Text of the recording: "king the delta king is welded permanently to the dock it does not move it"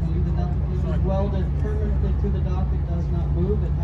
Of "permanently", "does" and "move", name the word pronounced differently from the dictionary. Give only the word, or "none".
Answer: none